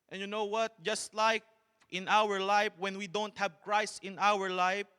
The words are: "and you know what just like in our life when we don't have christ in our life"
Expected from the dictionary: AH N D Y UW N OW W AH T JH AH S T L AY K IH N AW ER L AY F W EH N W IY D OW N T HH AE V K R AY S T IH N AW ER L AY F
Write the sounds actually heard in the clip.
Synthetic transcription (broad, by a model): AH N Y UW N OW W AH T JH AH S T L AY K IH N AW ER L AY F W EH N W IY D OW N T HH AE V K R AY S IH N AW ER L AY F